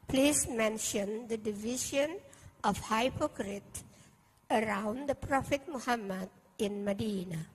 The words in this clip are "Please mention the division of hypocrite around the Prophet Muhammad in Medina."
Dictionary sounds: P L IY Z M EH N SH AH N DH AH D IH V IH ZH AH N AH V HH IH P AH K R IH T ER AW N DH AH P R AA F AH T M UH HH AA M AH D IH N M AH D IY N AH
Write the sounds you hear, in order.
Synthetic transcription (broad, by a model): P L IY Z M EH N SH AH N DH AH D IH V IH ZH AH N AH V HH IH P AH K R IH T ER AW N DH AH P R AA F AH T M UH HH AA M AH D IH N M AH D IY N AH